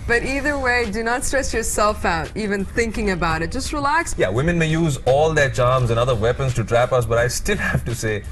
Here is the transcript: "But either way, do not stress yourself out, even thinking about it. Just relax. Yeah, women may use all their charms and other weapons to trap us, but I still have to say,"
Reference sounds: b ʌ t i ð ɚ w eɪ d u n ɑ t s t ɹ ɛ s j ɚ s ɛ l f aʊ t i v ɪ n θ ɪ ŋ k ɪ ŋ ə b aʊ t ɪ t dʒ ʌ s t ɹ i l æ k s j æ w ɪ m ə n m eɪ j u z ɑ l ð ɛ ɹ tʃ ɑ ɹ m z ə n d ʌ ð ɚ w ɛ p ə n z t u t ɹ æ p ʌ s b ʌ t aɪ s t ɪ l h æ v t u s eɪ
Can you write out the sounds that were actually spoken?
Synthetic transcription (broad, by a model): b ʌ t i ð ɚ w eɪ d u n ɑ t s t ɹ ɛ s j ɚ s ɛ l f aʊ t i v ɪ n θ ɪ ŋ k ɪ ŋ ə b aʊ t ɪ t dʒ ʌ s t ɹ i l æ k s j æ w ɪ m ə n m eɪ j u z ɑ l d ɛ tʃ ɑ ɹ m z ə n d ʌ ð ɚ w ɛ p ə n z t u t ɹ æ p ʌ s b ʌ t aɪ s t ɪ l h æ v t u s eɪ